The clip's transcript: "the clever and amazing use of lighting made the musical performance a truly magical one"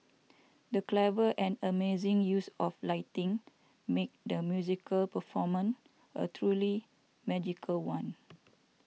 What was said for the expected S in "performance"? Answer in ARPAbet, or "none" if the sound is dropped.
none